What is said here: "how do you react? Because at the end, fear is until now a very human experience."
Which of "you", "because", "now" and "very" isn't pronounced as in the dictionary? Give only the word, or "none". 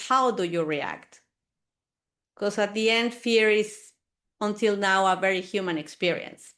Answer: because